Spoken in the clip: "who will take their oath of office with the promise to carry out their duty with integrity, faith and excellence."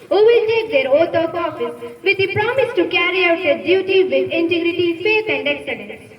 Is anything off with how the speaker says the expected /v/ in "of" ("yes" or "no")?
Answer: yes